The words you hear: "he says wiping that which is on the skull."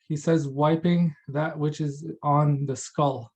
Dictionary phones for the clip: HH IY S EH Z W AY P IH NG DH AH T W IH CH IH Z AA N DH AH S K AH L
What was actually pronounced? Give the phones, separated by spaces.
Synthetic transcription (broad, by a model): HH IY S EH Z W AY P IH NG DH AH T W IH CH IH Z N DH AH S K AH L